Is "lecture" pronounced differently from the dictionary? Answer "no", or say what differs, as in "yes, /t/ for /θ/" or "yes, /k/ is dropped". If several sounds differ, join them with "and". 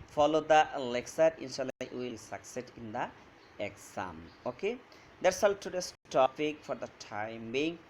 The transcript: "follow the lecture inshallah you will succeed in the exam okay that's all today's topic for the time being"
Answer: yes, /s/ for /tʃ/